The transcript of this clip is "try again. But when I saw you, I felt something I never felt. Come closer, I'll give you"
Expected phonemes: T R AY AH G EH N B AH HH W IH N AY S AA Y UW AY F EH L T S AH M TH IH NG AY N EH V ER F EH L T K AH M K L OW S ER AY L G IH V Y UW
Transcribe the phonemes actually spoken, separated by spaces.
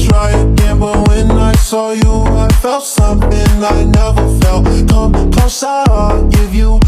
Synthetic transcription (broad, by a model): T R AY AH G EH N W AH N W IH N AY S AA Y UW AY F EH L T S AH M TH IH NG AY N EH V ER F EH L T K AH M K OW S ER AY G IH V Y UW